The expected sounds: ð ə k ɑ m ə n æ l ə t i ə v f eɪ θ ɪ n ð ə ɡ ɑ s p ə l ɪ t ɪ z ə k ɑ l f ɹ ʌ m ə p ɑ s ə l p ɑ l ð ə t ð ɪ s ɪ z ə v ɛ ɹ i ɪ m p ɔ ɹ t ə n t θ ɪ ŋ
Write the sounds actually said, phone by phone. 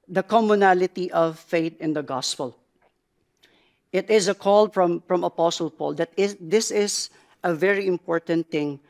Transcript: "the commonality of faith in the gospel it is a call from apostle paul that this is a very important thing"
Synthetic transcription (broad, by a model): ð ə k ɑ m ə n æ l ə t i ə v f eɪ t ɪ n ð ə ɡ ɑ s p ə l ɪ t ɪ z ə k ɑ l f ɹ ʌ m ə p ɑ s ə l p ɑ l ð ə t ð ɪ s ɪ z ə v ɛ ɹ i ɪ m p ɔ ɹ t ə n t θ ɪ ŋ